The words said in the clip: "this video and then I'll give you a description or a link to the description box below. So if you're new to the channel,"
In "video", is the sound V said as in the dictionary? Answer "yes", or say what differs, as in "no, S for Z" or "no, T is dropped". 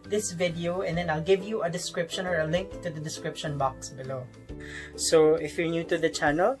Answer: yes